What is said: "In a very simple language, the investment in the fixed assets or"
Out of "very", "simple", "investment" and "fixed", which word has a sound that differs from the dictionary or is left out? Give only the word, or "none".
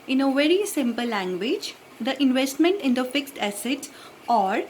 none